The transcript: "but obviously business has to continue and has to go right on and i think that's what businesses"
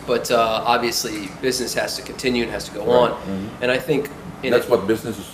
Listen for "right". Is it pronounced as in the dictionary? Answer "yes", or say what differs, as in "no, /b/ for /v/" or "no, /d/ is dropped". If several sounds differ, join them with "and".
no, /t/ is dropped